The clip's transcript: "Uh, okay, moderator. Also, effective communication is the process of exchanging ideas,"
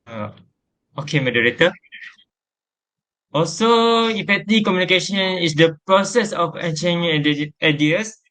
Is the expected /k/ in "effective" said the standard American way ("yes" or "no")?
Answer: no